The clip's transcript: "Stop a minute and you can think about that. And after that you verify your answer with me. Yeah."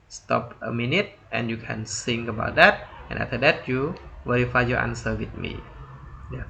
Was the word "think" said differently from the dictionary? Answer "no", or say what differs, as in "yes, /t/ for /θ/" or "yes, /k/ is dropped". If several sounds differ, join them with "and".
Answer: yes, /s/ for /θ/